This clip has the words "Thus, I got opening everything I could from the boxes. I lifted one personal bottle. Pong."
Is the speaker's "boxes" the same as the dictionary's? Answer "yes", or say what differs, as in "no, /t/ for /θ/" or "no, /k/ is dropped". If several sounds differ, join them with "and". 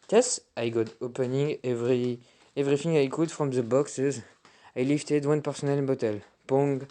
yes